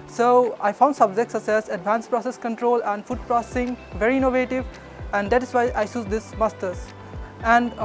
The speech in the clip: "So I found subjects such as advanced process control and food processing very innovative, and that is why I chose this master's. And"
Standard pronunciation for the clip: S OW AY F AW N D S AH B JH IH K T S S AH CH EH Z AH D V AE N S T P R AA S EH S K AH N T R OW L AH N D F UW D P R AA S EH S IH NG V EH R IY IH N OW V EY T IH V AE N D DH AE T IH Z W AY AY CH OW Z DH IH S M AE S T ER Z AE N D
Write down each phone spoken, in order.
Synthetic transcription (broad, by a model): S OW AY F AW N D S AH B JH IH K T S S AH S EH S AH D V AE N S P R AA S EH S K AH N T R OW L AH N D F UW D P R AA S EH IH NG V EH R IY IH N OW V EY T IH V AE N D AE T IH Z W AY AY S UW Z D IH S M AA S T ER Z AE N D